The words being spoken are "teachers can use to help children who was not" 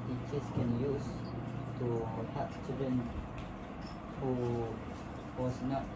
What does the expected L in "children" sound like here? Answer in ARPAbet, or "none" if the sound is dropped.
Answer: none